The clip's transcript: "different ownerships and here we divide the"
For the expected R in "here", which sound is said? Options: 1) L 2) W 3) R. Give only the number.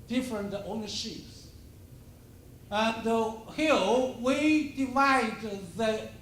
1